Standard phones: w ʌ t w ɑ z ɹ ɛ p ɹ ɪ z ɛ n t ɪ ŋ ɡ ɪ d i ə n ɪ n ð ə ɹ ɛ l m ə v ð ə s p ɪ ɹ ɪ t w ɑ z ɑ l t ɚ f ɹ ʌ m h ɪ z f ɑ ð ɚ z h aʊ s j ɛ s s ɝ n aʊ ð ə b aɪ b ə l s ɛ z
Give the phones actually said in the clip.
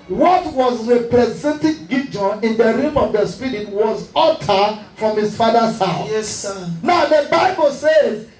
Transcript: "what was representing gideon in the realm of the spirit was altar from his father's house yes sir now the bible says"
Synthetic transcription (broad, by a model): w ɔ t w ɑ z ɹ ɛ p ɹ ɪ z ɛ n t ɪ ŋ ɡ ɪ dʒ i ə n ɪ n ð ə ɹ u m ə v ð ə s p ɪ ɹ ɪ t w ɑ z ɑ t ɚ f ɹ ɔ m h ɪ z f ɑ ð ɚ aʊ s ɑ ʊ n aʊ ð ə b aɪ b ə l s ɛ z